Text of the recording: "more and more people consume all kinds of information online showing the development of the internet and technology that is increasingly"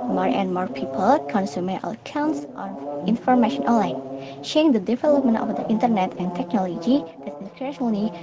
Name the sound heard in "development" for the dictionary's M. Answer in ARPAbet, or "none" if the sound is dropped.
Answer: M